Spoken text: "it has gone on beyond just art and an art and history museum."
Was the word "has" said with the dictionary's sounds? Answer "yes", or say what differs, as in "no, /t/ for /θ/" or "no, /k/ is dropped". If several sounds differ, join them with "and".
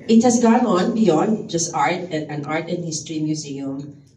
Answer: no, /s/ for /z/